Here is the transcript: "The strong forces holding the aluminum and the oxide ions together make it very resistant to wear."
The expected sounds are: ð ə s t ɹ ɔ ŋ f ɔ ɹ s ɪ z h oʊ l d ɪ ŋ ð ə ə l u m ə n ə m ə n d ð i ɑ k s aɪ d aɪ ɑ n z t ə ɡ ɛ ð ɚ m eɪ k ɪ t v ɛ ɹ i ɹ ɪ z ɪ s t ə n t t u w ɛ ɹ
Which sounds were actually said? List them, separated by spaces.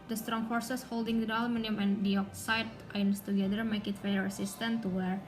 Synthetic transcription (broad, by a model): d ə s t ɹ ɔ ŋ f ɔ ɹ s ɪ s h oʊ l d ɪ ŋ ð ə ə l m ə n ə m ə n d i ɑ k s aɪ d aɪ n s t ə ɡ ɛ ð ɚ m eɪ k ɪ t f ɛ i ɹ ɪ s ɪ s t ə n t t u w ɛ ɹ